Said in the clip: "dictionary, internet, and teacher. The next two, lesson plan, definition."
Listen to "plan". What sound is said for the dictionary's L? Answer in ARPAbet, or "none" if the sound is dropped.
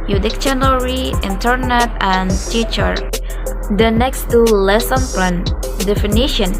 none